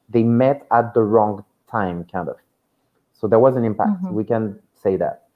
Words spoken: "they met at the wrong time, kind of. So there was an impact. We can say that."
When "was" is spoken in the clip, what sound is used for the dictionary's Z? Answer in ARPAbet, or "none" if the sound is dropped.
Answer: Z